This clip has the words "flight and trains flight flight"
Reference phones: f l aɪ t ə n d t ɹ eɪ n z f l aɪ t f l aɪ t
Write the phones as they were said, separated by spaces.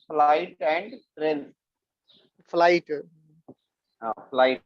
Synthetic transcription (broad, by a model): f l aɪ t ə n d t ɹ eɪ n f l aɪ t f l aɪ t